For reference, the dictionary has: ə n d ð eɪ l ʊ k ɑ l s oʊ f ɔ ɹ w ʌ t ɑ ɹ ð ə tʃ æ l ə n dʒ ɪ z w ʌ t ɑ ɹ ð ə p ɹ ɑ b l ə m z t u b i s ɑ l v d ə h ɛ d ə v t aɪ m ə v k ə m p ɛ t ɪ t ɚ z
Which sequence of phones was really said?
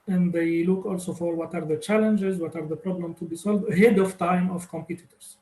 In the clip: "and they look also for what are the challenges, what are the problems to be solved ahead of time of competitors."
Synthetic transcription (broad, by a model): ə n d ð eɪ l ʊ k ɑ l s oʊ f ɔ ɹ w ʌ t ɑ ɹ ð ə tʃ æ l ə n dʒ ɪ z w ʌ t ɑ ɹ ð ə p ɹ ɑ b l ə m t u b i s ɑ l v d ə h ɛ d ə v t aɪ m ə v k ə m p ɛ t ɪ t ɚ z